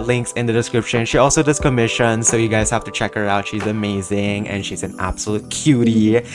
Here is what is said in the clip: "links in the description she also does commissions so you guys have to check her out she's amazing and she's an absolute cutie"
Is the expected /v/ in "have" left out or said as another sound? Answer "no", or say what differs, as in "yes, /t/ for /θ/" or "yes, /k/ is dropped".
yes, /f/ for /v/